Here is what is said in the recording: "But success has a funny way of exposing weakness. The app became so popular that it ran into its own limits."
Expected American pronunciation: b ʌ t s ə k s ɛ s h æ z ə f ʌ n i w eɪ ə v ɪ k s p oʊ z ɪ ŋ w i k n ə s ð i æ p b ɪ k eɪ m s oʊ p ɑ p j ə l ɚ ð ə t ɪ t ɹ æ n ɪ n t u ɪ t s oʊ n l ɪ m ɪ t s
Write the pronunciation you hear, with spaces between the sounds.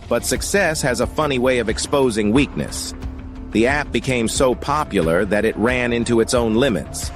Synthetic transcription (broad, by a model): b ʌ t s ə k s ɛ s h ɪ z ə f ʌ n i w eɪ ə v ɪ k s p oʊ z ɪ ŋ w i k n ə s ð i æ p b ɪ k eɪ m s oʊ p ɑ p j l ɚ ð ə t ɪ t ɹ æ n ɪ n t u ɪ t s oʊ n l ɪ m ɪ t s